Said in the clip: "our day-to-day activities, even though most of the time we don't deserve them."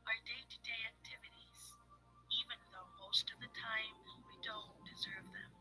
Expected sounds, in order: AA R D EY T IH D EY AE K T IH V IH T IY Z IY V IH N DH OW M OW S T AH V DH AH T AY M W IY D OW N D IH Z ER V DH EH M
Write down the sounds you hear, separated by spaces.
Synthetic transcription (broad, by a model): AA R D EY T IH D EY AE K T IH V IH T IY Z IY V IH N DH OW M OW S T AH V DH AH T AY M W IY D OW N D IH Z ER V DH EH M